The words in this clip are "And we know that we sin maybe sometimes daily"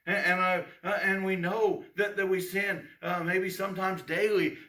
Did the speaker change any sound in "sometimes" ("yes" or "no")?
no